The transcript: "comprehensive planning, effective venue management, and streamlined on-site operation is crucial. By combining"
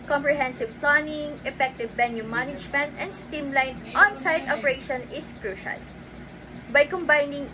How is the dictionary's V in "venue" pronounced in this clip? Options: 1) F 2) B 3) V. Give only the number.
2